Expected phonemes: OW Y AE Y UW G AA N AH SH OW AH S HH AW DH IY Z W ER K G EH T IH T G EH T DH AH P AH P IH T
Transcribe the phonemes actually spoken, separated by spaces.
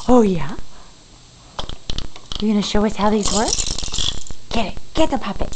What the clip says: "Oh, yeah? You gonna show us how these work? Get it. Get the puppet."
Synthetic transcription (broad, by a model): OW Y AE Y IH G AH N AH SH OW AH S HH AW DH IY Z W ER K G EH T IH T G EH T DH AH P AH P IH T